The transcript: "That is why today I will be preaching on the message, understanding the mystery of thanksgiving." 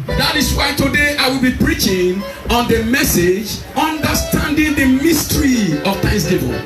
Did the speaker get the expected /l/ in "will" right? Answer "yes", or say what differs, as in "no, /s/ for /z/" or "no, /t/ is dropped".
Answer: yes